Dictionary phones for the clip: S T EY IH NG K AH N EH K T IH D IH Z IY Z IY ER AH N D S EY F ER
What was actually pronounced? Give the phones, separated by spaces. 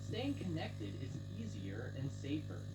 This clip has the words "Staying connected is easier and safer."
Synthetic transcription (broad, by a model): S T EY IH NG K AH N EH K T IH D IH Z IY Z IY ER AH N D S EY F ER